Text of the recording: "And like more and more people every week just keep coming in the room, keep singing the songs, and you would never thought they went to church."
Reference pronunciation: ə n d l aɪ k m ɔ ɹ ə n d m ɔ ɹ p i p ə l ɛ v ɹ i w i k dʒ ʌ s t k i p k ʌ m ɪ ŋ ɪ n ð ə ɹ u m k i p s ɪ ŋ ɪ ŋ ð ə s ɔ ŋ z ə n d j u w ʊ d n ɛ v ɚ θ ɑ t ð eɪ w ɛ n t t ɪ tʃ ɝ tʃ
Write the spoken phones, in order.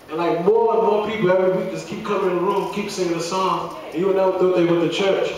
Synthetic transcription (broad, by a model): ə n l aɪ k m ɔ ɹ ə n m ɔ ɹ p i p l ɛ v ɹ i w i k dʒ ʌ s k i p k ʌ m ɪ ŋ ɪ n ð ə ɹ u m k i p s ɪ ɪ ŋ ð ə s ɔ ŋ ə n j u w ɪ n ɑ ʊ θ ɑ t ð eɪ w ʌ t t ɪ tʃ ɝ tʃ